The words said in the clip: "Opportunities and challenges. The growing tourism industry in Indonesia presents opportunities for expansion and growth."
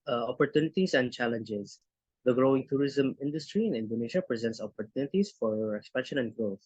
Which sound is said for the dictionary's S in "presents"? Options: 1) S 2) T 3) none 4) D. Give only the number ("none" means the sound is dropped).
1